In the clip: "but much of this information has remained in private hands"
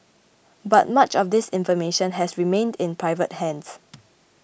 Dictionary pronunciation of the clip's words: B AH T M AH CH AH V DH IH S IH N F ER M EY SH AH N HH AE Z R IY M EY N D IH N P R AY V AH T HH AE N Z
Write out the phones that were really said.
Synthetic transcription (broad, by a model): B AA T M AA CH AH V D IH S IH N F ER M EY SH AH N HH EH S R IY M EY N D IH N P R AY V AH T HH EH N S